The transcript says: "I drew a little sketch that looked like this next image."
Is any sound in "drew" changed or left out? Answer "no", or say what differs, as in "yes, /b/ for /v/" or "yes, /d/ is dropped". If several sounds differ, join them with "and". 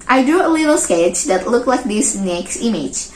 no